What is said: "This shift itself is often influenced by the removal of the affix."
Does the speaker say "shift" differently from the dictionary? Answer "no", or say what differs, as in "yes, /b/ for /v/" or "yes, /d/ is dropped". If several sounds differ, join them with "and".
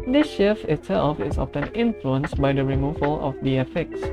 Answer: yes, /t/ is dropped